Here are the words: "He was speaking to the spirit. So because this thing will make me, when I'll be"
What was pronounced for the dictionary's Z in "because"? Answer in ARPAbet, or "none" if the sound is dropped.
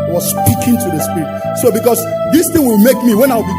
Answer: S